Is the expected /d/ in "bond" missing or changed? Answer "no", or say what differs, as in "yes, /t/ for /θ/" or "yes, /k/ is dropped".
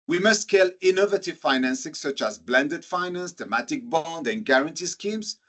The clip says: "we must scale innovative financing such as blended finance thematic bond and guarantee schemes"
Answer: no